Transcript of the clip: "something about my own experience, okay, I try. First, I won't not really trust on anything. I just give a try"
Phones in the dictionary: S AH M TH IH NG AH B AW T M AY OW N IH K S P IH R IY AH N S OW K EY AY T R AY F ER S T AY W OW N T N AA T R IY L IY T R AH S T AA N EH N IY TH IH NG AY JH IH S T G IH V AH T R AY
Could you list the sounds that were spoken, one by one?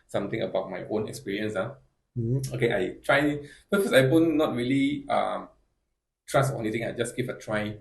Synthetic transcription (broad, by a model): S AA M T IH NG AH B AW T M AY OW N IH K S P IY R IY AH N S OW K EY AY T R AY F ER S AY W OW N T N AA T R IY L IY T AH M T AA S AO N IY T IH NG AY JH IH S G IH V AH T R AY